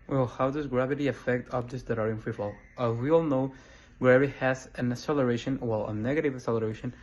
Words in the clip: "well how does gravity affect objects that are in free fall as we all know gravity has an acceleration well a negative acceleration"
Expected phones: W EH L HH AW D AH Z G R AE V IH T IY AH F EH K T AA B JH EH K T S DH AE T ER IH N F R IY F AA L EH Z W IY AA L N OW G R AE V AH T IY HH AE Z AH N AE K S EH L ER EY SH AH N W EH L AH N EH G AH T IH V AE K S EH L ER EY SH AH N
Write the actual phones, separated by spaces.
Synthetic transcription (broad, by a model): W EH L HH AW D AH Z G R AE V IH T IY AH F EH K T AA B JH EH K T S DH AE T ER IH N F R IY F AA L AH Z W IY AA L N OW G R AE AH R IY HH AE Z AH N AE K S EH L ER EY SH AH N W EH L AH N EH G AH T IH V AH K S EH L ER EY SH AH N